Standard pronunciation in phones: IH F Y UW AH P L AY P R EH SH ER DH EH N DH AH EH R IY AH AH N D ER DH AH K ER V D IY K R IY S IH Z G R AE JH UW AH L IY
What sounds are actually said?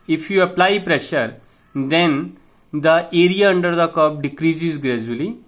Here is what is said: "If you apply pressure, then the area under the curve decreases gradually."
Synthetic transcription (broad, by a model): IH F Y UW AH P L AY P R EH SH ER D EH N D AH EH R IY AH AH N D ER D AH K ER B D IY K R IY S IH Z G R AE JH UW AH L IY